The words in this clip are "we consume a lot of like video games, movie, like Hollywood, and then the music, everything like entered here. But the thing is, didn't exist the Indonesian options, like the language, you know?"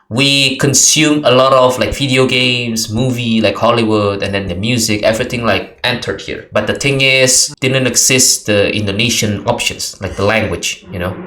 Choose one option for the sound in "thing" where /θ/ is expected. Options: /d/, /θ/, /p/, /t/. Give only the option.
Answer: /t/